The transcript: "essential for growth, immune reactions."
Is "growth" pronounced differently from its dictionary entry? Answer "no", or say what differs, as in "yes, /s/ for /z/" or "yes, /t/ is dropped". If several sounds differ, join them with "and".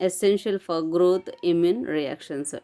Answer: yes, /t/ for /θ/